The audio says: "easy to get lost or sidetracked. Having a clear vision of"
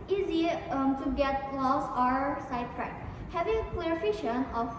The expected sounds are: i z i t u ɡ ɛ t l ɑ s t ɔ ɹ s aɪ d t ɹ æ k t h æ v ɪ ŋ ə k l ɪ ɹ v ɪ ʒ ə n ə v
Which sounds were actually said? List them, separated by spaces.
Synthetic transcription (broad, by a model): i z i t u ɡ ɛ t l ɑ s ɔ ɹ s aɪ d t ɹ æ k h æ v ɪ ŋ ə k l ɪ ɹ f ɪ ʃ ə n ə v